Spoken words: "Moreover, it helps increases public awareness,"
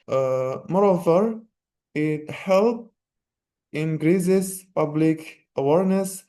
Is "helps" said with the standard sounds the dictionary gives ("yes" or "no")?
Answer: no